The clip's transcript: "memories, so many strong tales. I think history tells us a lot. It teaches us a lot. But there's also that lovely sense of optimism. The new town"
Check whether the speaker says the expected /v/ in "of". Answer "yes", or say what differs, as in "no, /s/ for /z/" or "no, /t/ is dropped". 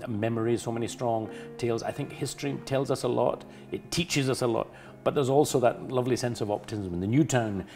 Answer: yes